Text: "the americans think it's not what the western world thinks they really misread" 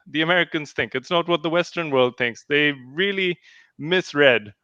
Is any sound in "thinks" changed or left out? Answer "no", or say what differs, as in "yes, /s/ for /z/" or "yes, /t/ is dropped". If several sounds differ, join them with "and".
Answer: no